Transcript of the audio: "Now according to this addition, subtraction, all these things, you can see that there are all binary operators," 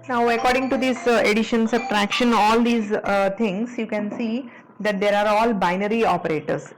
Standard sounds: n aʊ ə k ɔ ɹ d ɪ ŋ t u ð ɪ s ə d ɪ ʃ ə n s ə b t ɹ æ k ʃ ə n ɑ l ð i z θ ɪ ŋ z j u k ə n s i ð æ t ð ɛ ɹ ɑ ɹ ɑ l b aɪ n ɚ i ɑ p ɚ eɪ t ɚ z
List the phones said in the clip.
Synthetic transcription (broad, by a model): n aʊ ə k ɔ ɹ d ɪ ŋ t u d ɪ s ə d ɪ ʃ ə n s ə t ɹ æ k ʃ ə n ɑ l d i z t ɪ ŋ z j u k ə n s i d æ t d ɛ ɹ ɑ ɹ ɑ l b aɪ n ɚ i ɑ p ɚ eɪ t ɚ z